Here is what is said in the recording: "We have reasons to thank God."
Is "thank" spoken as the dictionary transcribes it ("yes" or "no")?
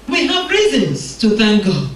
yes